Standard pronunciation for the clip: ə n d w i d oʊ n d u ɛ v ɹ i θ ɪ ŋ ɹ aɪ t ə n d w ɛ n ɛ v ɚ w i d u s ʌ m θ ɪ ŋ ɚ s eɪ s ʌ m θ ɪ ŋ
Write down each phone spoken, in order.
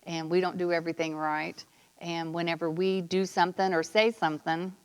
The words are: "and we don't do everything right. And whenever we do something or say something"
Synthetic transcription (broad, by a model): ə n w i d oʊ n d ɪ ɛ v ɹ i θ ɪ ŋ ɹ aɪ t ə n w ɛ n ɛ v ɚ w i d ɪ s ʌ m θ ɪ ŋ ɚ s eɪ s ʌ m θ ɪ ŋ